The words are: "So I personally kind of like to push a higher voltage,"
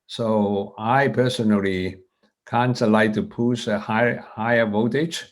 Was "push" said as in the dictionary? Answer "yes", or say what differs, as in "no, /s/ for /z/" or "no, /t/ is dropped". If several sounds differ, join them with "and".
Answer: no, /s/ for /ʃ/